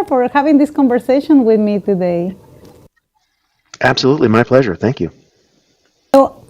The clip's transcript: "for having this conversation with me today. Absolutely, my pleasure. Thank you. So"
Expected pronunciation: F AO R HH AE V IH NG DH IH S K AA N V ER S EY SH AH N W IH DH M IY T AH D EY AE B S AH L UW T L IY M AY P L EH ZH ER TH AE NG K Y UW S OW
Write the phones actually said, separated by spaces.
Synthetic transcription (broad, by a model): F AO R HH AE V IH NG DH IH S K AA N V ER S EY SH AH N W IH DH M IY T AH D EY AE B S AH L UW T L IY M AY P L EH ZH ER TH AE NG K Y UW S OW